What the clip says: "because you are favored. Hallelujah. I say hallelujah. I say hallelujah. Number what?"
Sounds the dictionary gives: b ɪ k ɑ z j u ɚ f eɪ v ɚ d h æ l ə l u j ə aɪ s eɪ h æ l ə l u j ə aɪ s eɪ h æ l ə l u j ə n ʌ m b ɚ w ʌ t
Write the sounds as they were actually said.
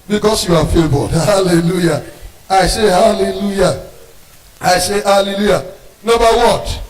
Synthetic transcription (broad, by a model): b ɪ k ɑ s j u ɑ f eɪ b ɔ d h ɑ l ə l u j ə aɪ s eɪ h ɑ l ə l u j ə aɪ s eɪ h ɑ l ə l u j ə n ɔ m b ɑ w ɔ t